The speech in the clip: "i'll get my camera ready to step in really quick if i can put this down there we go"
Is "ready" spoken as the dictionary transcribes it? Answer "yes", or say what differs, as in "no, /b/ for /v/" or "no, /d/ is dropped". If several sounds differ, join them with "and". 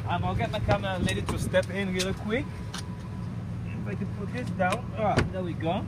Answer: no, /l/ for /ɹ/